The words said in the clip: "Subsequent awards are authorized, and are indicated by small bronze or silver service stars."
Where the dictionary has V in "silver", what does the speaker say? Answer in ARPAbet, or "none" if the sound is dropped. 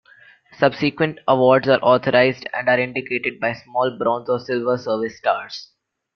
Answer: V